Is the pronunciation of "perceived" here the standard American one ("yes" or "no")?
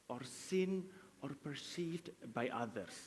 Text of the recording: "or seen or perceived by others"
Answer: no